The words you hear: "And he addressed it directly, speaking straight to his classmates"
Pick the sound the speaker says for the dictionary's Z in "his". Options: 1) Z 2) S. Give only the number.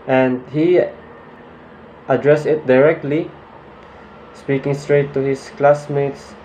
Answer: 2